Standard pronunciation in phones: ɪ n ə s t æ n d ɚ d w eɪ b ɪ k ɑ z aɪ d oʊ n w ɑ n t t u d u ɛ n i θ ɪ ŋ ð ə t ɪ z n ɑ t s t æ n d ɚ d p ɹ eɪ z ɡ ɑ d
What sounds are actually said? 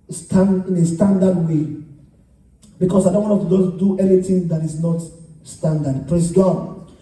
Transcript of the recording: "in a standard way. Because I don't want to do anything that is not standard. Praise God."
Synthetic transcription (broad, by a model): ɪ n ə s t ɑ n d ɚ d w eɪ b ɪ k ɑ s aɪ d oʊ n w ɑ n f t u d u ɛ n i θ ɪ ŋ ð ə t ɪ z n ɑ t s t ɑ n d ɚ d p ɹ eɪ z ɡ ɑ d